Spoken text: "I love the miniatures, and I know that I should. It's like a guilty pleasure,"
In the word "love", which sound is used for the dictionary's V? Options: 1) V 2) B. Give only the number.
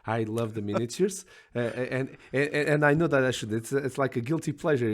1